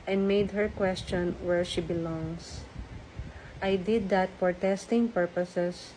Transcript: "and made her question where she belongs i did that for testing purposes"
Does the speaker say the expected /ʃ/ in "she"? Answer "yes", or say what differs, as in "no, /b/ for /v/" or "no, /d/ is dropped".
yes